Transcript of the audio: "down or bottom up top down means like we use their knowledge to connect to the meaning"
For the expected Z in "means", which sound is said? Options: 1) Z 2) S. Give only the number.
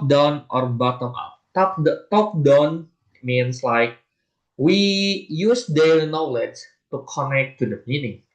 2